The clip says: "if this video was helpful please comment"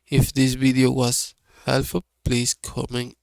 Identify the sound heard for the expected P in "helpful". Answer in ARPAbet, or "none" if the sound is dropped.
none